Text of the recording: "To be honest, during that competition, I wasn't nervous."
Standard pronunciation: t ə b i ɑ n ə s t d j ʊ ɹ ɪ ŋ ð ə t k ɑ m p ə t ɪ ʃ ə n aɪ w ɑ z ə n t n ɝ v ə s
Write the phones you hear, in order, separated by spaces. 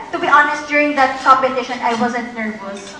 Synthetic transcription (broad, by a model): t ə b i ɑ n ə s t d j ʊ ɹ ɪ ŋ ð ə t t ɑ p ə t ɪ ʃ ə n aɪ w ɑ z ə n t n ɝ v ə s